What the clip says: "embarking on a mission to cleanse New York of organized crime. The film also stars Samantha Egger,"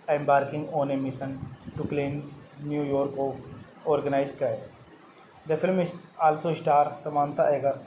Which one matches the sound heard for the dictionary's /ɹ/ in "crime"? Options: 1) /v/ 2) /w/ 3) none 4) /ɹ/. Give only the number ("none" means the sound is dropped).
3